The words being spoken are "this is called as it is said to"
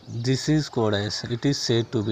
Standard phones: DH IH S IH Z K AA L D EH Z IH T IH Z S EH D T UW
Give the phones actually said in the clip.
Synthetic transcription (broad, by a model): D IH S IH Z K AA D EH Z IH T IH Z S EH D T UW